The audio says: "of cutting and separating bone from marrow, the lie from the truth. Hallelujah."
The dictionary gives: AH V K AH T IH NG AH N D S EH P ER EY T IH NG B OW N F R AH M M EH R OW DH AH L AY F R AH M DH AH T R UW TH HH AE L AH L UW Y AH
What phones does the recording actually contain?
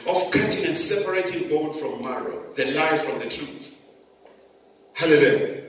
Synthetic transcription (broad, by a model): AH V K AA T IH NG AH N S EH P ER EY T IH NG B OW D F R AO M M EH R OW DH AH L AY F R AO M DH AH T UW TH HH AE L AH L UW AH